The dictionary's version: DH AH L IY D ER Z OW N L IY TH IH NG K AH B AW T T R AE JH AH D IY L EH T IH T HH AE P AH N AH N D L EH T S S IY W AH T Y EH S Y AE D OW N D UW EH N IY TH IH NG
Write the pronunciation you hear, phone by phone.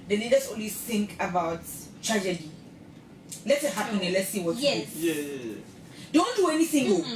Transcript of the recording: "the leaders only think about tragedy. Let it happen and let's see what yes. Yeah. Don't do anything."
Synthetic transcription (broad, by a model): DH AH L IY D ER S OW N W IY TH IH NG K AH B AW T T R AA JH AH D IY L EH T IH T HH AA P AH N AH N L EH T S S IY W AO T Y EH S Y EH D OW N D UW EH N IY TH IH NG